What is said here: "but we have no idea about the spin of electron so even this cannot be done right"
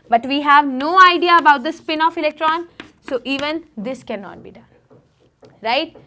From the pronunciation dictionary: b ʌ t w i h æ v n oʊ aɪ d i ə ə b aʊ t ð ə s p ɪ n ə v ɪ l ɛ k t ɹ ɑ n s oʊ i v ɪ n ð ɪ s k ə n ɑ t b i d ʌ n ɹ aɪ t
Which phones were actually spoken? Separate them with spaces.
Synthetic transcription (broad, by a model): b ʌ t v i h æ v n oʊ aɪ d i ə ə b aʊ t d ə s p ɪ n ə f ɪ l ɛ k t ɹ ɑ n s oʊ i v ɪ n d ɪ s k ə n ɑ t b i d ʌ n ɹ aɪ t